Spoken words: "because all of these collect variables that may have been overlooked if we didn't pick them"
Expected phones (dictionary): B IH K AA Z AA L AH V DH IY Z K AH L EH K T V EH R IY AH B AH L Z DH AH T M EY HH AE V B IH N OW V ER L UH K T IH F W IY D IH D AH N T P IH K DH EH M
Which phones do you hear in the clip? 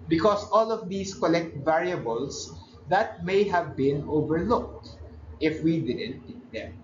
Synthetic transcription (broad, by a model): B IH K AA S AA L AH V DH IY S K AH L EH K T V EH R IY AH B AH L S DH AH T M EY HH AE V B IH N OW V ER L UH K T IH F W IY D IH D AH N T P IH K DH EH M